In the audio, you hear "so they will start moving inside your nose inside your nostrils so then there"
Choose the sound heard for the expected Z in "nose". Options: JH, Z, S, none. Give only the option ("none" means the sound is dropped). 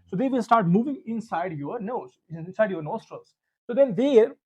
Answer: none